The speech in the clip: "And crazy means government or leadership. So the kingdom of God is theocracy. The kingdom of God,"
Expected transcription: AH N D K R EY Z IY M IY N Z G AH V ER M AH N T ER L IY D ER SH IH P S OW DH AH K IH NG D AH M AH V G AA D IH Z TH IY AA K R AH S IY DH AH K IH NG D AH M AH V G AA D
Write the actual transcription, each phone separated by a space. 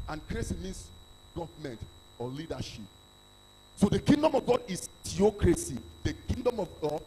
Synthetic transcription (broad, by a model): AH N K R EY S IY M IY N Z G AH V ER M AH N T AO L IY D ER SH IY P S OW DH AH K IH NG D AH M AH V G AA D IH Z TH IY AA K R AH S IY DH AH K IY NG D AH M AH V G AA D